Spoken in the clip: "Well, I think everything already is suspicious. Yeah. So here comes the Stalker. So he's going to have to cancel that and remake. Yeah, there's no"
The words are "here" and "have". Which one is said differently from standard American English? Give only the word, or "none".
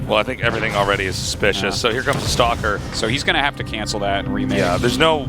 have